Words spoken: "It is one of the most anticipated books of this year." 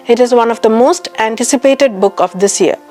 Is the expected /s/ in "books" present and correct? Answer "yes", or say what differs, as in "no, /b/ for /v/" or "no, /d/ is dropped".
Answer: no, /s/ is dropped